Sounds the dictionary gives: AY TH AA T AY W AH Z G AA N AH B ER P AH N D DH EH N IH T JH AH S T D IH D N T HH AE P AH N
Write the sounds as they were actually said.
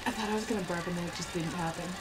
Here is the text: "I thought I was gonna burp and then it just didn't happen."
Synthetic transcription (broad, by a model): AY TH AA T AY W AH Z G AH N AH B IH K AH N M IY IH T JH AH S D IH D N T HH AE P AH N